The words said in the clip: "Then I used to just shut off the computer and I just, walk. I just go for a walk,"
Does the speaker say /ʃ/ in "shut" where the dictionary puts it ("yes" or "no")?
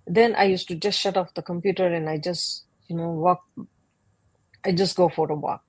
yes